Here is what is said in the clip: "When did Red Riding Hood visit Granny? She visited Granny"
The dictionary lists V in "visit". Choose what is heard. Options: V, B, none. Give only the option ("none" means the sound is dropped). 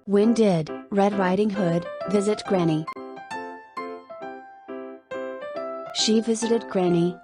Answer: V